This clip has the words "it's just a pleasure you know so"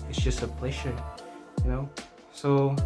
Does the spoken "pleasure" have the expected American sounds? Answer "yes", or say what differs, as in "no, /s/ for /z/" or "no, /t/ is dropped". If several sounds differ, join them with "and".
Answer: no, /ʃ/ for /ʒ/